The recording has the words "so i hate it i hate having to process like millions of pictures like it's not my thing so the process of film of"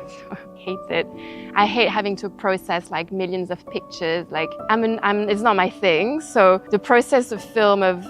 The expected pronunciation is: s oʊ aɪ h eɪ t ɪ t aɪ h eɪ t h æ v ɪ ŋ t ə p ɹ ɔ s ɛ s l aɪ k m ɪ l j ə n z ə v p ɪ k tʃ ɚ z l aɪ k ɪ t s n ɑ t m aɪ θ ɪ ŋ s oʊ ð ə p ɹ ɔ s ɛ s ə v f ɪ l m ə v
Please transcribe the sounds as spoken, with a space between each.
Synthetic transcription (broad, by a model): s oʊ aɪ h eɪ t ɪ t aɪ h eɪ t h æ v ɪ ŋ t ə p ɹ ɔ s ɛ s l aɪ k m ɪ l j ə n z ə v p ɪ k tʃ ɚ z l aɪ k ɪ t s n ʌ t m aɪ θ ɪ ŋ s oʊ ð ə p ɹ ɔ s ɛ s ə v f ɪ l m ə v